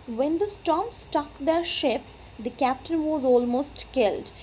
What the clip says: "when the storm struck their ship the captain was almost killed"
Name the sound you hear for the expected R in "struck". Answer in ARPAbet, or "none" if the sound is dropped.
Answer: none